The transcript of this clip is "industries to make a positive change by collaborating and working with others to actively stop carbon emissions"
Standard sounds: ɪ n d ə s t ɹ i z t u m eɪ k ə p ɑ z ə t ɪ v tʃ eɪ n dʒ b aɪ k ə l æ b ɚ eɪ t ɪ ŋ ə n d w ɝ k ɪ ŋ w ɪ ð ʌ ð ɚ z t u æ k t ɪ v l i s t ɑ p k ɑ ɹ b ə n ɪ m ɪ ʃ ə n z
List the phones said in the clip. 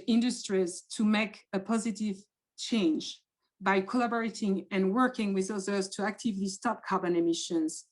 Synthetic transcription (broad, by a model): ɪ n d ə s t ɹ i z t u m eɪ k ə p ɑ z ə t ɪ v tʃ eɪ n dʒ b aɪ k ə l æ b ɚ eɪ t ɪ ŋ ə n w ɝ k ɪ ŋ w ɪ ð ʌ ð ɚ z t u æ k t ɪ v l i s t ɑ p k ɑ ɹ b ə n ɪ m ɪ ʃ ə n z